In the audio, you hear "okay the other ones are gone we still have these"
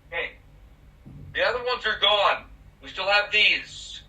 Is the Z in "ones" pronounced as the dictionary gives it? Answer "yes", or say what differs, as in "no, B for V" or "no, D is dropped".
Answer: yes